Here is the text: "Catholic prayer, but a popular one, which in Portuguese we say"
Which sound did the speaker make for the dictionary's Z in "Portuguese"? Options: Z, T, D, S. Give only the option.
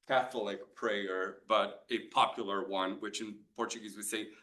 Z